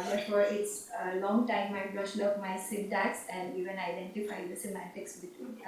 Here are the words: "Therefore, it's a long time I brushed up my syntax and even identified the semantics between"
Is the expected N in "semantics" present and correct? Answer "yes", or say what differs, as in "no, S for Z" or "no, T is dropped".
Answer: no, N is dropped